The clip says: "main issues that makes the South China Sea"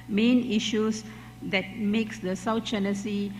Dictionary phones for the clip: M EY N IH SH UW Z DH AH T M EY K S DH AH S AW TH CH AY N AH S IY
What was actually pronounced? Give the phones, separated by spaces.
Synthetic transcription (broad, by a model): M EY N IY SH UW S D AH T M EY K S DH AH S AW T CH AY N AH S IY